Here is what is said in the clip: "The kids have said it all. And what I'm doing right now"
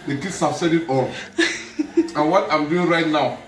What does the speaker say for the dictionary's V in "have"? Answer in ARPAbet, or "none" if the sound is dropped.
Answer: B